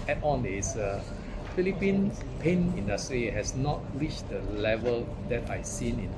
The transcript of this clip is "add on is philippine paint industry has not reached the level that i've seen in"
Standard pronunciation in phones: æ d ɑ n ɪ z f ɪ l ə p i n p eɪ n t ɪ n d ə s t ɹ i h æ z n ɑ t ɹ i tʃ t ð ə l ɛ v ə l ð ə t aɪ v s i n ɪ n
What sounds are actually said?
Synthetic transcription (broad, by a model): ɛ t ɑ n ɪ s f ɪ l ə p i n p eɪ n ɪ n d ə s t ɹ i h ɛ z n ɑ t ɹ i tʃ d ə l ɛ v ə l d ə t aɪ s i n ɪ n